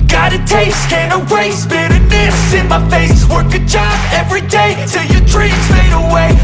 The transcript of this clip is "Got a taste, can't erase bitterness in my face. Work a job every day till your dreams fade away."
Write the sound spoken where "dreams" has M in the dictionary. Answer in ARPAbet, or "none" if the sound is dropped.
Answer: none